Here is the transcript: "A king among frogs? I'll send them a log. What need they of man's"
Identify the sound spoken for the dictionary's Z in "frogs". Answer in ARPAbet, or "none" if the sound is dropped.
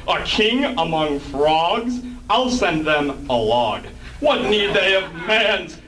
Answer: Z